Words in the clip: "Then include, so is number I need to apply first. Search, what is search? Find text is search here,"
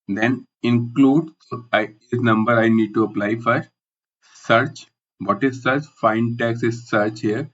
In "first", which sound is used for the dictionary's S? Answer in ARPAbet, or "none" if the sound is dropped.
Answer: none